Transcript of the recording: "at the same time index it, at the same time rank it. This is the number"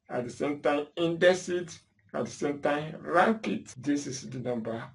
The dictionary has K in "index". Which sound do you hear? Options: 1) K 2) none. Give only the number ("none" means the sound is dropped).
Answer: 2